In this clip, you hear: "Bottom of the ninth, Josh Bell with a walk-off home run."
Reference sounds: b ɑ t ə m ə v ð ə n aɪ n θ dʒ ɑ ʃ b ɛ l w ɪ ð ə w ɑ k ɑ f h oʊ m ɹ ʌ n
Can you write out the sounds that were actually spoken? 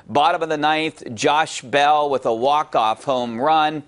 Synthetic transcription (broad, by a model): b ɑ t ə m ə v ð ə n aɪ n θ dʒ ɑ ʃ b ɛ l w ɪ ð ə w ɑ k ɑ f h oʊ m ɹ ʌ n